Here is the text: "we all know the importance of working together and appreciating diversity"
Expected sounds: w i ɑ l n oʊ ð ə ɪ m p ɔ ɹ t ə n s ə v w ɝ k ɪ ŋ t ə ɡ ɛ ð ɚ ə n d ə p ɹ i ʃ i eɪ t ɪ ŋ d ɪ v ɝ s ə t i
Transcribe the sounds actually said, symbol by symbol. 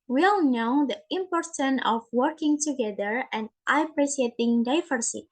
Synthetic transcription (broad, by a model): w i ɑ l n oʊ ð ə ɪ m p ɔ ɹ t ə n ə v w ɝ k ɪ ŋ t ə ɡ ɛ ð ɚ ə n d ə p ɹ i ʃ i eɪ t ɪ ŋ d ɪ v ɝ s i